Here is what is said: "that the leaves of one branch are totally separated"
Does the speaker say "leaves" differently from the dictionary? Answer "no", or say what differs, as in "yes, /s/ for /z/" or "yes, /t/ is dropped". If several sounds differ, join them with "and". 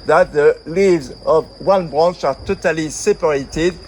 no